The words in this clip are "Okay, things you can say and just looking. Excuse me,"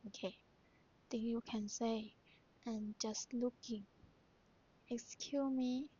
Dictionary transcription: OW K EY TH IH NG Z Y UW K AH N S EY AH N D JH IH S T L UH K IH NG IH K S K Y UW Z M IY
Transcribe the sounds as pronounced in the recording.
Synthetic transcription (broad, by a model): OW K EY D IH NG Y UW K AH N S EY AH N JH IH S T L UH K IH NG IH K S K Y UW M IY